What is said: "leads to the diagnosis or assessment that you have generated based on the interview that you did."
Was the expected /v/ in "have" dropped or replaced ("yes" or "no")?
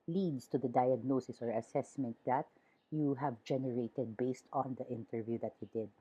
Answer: no